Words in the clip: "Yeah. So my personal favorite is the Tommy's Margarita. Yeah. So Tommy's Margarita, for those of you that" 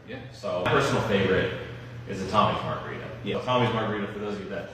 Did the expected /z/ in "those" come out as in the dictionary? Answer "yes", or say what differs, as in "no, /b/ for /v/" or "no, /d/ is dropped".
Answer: no, /z/ is dropped